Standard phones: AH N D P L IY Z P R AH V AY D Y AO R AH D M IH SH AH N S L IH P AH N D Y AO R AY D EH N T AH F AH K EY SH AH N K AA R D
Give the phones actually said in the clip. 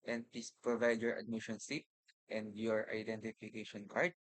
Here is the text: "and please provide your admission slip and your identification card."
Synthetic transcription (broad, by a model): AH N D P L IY S P R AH V AY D Y AO R AH D M IH SH AH N S IH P AH N D Y AO R AY D EH N T AH F AH K EY SH AH N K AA R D